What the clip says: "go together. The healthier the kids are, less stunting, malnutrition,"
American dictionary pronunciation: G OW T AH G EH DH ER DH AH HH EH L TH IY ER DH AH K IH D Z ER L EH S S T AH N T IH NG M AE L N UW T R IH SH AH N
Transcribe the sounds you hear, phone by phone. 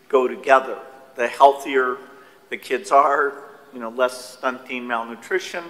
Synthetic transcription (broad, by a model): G OW T AH G EH DH ER DH AH HH EH L TH IY ER DH AH K IH D Z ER L EH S S T AH N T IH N M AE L N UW T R IH SH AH N